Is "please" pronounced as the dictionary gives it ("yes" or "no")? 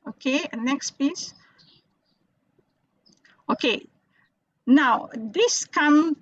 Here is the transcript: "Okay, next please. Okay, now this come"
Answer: no